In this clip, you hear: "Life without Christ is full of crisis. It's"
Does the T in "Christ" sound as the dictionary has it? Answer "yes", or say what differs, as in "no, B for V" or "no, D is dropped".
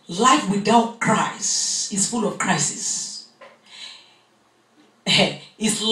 no, T is dropped